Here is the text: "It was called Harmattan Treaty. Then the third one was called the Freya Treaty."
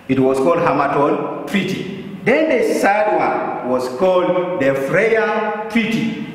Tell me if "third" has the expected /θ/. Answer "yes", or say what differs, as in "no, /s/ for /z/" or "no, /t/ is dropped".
no, /s/ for /θ/